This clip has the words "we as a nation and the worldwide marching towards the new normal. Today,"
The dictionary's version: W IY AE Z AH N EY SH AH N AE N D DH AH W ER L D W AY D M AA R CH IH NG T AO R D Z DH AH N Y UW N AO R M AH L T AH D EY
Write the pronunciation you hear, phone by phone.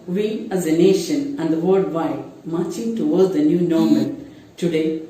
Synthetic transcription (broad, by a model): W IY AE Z AH N EY SH AH N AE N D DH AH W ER D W AY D M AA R CH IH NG T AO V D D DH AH N Y UW N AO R M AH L T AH D EY